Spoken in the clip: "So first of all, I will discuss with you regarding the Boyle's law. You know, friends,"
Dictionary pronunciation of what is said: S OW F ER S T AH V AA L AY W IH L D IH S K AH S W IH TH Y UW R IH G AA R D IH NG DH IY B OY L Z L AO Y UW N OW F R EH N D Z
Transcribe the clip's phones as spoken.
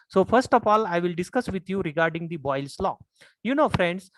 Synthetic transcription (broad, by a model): S OW F ER S T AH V AA L AY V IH L D IH S K AH S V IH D Y UW R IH G AA R D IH NG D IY B OY L S L AO Y UW N OW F R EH N D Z